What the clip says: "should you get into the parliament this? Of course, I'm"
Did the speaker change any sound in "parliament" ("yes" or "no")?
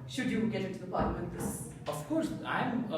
yes